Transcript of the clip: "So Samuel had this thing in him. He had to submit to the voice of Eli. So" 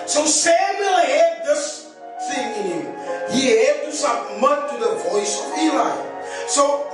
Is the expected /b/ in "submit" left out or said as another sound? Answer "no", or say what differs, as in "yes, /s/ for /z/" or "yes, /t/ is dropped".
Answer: yes, /b/ is dropped